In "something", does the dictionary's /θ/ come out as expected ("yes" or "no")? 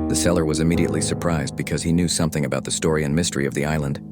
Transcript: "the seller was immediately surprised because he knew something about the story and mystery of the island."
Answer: yes